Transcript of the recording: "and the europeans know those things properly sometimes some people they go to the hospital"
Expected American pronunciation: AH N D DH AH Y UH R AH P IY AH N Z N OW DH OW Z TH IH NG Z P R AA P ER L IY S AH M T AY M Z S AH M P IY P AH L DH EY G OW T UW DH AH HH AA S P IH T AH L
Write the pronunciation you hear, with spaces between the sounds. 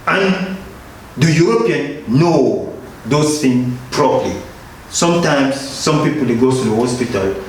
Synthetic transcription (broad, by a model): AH N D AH Y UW R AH P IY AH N N OW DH OW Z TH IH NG P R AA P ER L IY S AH M T AY M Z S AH M P IY P AH L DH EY G OW T UW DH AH HH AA S P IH T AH L